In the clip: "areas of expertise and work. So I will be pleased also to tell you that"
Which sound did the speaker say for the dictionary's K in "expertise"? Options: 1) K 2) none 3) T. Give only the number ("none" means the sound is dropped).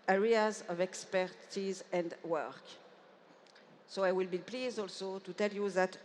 1